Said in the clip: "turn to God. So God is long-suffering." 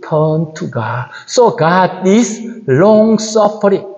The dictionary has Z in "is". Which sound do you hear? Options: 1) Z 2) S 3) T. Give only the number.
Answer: 2